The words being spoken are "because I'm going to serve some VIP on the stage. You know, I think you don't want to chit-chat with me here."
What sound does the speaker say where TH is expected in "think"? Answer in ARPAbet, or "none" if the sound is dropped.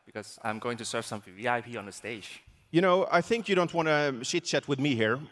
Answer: TH